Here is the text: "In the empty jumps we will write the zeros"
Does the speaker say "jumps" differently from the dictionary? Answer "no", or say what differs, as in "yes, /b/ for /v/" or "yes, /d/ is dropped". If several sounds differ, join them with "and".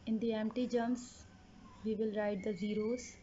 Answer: yes, /p/ is dropped